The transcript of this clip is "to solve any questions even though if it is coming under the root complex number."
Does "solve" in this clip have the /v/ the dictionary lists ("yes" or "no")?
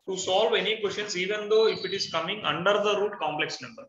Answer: yes